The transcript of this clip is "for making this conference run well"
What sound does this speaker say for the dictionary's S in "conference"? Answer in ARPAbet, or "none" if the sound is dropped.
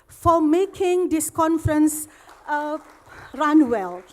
S